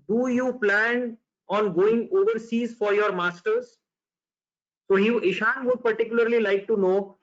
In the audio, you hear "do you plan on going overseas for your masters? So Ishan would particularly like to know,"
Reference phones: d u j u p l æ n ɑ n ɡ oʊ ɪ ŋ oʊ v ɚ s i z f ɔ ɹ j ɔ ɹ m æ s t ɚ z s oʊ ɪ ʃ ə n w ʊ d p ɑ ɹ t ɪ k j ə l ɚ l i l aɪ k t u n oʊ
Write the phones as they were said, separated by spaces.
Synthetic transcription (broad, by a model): d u j u p l æ n ɑ n ɡ oʊ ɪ ŋ oʊ v ɚ s i z f ɔ ɹ j ɔ ɹ m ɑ s t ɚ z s oʊ ɪ ʃ ə n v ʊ d p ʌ ɹ t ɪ k j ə l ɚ l i l aɪ k t u n oʊ